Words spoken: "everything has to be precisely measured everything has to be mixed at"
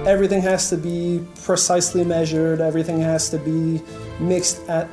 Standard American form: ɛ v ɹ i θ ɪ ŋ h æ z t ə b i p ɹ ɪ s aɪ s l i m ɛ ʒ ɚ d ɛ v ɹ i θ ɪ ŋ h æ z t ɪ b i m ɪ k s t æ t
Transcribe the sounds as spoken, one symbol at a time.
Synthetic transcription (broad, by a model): ɛ v ɹ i θ ɪ ŋ h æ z t ə b i p ɹ ɪ s aɪ s l i m ɛ ʒ ɚ d ɛ v ɹ i θ ɪ ŋ h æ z t ɪ b i m ɪ k s t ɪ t